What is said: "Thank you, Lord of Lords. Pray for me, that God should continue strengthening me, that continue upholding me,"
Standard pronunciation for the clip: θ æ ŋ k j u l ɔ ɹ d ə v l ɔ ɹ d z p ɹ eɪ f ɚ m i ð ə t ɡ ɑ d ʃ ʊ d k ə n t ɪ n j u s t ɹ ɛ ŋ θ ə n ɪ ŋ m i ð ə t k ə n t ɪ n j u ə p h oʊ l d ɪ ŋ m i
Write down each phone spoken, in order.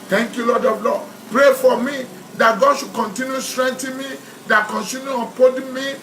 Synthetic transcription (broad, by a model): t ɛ ŋ k j u l ɔ d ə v l ɔ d p ɹ eɪ f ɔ m i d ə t ɡ ɑ d ʃ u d k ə n t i n j u s t ɹ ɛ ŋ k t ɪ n m i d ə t k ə n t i n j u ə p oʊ d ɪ m i